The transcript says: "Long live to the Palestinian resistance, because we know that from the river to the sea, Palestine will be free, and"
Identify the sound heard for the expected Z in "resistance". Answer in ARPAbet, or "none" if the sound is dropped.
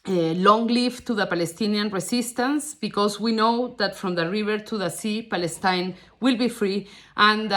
S